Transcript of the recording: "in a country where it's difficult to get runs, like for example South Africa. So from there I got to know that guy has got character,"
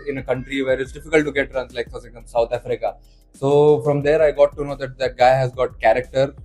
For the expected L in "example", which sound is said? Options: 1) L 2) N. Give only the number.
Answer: 2